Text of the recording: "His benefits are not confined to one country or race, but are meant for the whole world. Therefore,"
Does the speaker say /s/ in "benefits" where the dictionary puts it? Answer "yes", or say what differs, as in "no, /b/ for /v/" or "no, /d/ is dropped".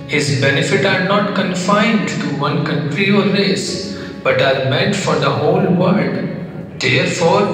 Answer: no, /s/ is dropped